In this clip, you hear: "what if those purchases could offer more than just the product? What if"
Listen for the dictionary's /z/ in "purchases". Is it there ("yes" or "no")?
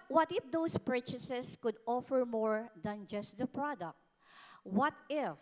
no